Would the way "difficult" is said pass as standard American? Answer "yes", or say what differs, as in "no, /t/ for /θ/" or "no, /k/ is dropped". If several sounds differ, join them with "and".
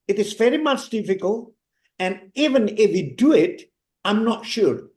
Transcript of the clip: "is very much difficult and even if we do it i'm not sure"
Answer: yes